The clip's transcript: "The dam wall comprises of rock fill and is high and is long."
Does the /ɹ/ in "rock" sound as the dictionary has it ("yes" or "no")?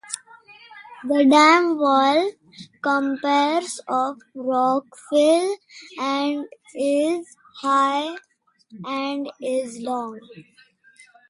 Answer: yes